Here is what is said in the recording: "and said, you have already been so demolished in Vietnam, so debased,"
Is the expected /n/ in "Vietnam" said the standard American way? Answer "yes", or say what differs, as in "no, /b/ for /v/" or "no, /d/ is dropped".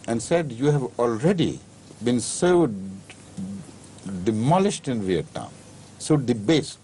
no, /n/ is dropped